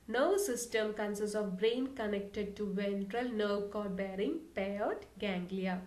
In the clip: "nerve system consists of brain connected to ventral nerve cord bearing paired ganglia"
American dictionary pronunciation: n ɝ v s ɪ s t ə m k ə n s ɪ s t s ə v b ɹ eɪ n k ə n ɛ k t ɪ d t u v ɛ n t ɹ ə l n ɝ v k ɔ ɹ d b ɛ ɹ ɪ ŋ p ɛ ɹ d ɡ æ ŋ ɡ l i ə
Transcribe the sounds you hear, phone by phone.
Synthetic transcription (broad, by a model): n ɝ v s ɪ s t ə m k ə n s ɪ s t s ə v b ɹ eɪ n k ə n ɛ k t ɪ d t u v ɛ n t ɹ ə l n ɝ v k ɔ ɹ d b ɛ ɹ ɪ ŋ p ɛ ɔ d ɡ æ ŋ ɡ l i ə